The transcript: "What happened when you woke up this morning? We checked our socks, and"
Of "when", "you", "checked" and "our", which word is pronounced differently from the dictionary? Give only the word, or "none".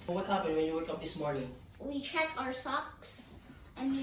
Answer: checked